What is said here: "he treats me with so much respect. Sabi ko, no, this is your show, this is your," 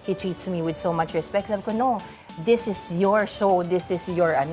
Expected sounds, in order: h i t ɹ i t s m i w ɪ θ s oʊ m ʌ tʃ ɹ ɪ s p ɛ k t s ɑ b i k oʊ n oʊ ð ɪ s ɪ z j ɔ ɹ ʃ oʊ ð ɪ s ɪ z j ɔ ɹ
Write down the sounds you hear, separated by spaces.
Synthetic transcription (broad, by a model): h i t ɹ i t s m i w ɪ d s oʊ m ʌ tʃ ɹ ɪ s p ɛ k t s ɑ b k oʊ n oʊ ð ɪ s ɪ s j ɔ ɹ s oʊ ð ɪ s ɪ s j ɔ ɹ